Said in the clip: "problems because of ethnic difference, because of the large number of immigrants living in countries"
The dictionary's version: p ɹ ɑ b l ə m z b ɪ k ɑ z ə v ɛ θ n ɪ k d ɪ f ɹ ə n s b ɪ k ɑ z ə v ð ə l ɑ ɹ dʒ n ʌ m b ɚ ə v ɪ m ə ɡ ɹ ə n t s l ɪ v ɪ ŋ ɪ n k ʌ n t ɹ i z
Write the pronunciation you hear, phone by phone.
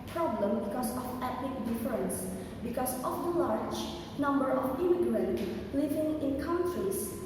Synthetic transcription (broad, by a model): p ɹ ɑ b l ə m b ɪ k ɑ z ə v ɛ t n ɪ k d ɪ f ɹ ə n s b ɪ k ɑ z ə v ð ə l ɑ ɹ dʒ n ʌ m b ɚ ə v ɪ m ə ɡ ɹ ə l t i l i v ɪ ŋ ɪ n k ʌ n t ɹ i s